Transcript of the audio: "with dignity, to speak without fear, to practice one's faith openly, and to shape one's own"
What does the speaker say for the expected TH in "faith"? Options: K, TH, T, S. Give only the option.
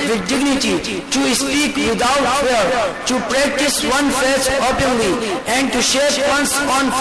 S